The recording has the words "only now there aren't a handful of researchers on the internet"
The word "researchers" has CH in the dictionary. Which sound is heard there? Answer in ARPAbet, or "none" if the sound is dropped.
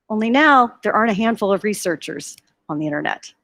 CH